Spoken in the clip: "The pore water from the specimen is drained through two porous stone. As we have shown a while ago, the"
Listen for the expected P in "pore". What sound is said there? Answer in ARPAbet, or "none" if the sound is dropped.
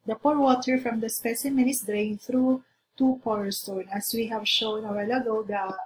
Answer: P